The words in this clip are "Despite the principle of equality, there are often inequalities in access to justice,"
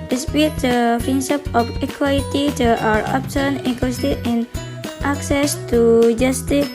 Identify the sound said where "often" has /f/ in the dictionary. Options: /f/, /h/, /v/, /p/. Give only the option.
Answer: /p/